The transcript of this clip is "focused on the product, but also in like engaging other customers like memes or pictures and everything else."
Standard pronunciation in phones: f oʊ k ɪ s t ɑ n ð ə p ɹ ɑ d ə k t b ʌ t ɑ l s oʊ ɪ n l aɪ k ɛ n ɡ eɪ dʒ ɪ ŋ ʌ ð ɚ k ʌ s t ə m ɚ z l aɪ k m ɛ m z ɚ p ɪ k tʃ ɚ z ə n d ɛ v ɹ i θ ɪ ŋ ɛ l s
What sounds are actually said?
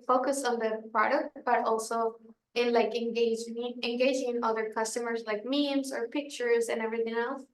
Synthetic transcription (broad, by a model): f oʊ k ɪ s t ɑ n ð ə p ɹ ɑ d ə k t b ʌ t ɑ l s oʊ ɪ n l aɪ k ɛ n ɡ eɪ dʒ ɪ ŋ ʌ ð ɚ k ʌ s t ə m ɚ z l aɪ k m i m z ɚ p ɪ k tʃ ɚ z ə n ɛ v ɹ i θ ɪ ŋ ɛ l s